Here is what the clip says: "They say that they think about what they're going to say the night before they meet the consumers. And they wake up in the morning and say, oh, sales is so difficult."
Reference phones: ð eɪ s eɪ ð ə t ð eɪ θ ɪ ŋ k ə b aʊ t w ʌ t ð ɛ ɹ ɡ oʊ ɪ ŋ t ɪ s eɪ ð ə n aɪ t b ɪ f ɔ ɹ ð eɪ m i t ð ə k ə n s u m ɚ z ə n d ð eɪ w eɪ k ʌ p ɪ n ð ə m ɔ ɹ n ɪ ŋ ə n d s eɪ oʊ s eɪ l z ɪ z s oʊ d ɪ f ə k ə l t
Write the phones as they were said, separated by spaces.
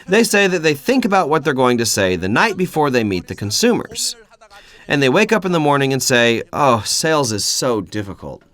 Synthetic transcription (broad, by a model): ð eɪ s eɪ ð ə t ð eɪ θ ɪ ŋ k ə b aʊ t w ʌ t ð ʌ ɹ ɡ oʊ ɪ ŋ t ɪ s eɪ ð ə n aɪ t b ɪ f ɔ ɹ ð eɪ m i t ð ə k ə n s u m ɚ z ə n ð eɪ w eɪ k ʌ p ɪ n ð ə m ɔ ɹ n ɪ ŋ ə n s eɪ oʊ s eɪ l z ɪ z s oʊ d ɪ f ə k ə l t